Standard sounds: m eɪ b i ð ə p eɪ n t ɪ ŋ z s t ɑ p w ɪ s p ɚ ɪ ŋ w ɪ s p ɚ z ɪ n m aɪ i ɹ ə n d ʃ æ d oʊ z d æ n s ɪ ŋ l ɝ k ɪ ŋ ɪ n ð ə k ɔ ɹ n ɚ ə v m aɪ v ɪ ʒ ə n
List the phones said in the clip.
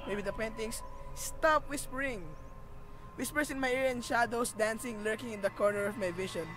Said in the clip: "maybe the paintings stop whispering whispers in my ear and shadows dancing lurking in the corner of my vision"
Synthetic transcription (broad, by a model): m eɪ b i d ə p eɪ n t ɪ ŋ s s t ɑ p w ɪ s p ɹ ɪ ŋ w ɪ s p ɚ s ɪ n m aɪ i ɹ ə n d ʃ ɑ d oʊ s d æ n s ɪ ŋ l ɝ k ɪ ŋ ɪ n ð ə k ɔ ɹ n ɚ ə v m aɪ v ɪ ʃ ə n